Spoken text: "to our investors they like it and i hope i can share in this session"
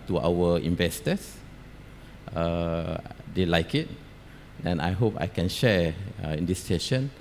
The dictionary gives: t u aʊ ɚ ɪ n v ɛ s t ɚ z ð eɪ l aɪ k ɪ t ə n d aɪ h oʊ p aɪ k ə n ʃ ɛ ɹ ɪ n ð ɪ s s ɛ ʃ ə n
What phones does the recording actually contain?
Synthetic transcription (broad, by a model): t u aʊ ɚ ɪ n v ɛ s t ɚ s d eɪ l aɪ k ɪ t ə n aɪ h oʊ p aɪ k ə n ʃ ɛ ɪ n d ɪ s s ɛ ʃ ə n